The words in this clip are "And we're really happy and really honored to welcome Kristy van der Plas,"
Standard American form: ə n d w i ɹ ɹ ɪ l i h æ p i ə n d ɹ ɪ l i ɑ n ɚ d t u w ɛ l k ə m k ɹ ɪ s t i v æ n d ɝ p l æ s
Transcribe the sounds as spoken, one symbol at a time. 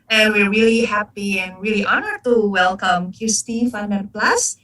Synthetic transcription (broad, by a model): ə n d w i ɹ ɹ ɪ l i h æ p i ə n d ɹ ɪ l i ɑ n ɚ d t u w ɛ l k ə m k ɪ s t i f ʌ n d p l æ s